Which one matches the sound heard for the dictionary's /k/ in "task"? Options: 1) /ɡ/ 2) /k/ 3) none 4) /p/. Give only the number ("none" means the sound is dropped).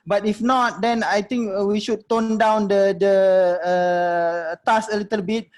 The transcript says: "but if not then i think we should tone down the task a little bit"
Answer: 3